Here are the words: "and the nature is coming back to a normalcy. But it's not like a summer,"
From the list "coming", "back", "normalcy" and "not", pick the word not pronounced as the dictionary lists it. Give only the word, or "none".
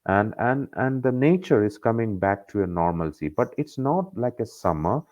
none